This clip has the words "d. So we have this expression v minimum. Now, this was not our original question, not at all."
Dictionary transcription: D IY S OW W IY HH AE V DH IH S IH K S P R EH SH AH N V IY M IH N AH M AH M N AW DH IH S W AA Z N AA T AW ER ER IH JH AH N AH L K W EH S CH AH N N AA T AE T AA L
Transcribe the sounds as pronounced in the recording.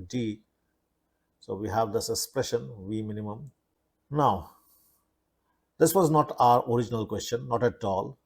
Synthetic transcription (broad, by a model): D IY S OW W IY HH AE V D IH S IH K S P R EH SH AH N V IY M IH N AH M AH M N AW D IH S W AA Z N AA T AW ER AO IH JH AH N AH L K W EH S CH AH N N AA T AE T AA L